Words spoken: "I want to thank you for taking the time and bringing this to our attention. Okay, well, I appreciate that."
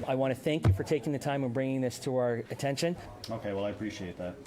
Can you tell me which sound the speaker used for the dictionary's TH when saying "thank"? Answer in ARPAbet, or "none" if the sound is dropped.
TH